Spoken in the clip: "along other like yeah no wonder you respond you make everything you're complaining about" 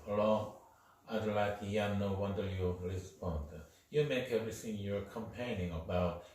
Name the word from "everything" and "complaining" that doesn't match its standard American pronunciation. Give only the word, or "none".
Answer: complaining